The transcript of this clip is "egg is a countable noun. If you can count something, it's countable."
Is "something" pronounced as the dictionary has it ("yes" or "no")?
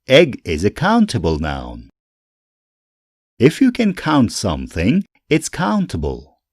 yes